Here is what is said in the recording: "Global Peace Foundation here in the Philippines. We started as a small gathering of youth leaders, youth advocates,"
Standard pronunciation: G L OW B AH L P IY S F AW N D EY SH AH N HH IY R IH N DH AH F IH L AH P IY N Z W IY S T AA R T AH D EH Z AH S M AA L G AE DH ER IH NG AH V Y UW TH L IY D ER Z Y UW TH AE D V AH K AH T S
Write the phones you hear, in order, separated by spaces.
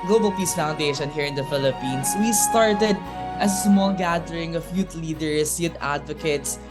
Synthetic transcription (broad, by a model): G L OW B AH L P IY S F AW N D EY SH AH N HH IY R IH N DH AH F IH L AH P IY N S W IY S T AA R T AH D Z AH S M AA L G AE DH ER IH NG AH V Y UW T L IY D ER S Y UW T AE D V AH K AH T S